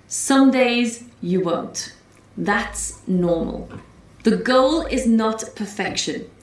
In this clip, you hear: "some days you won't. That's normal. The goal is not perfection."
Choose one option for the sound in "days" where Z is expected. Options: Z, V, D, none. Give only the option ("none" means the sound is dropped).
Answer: Z